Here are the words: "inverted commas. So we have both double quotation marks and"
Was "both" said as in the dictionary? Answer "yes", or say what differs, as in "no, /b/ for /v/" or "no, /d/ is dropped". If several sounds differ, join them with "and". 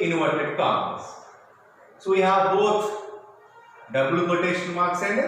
no, /t/ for /θ/